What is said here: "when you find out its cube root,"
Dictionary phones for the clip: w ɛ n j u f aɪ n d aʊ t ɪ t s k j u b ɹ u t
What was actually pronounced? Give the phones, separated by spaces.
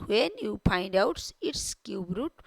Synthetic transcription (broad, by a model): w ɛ n j u p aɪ n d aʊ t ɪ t s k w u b ɹ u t